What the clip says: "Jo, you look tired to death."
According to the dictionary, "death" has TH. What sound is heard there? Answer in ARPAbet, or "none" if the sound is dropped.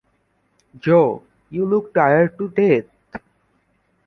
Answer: T